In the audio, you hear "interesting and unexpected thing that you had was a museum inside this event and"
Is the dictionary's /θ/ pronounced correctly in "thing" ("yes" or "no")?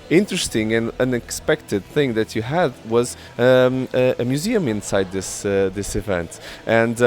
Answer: yes